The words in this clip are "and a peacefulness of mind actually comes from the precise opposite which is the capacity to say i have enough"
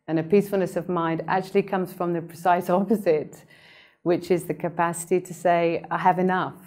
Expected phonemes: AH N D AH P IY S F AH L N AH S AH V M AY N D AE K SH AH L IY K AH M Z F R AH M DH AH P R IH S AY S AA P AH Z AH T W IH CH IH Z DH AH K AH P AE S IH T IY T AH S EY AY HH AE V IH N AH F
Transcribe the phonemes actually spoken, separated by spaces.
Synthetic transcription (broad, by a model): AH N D AH P IY S F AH L N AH S AH V M AY N D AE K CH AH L IY K AH M Z F R AH M DH AH P R IH S AY S AA P AH Z AH T W IH CH IH Z DH AH K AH P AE S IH T IY T AH S EY AY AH V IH N AH F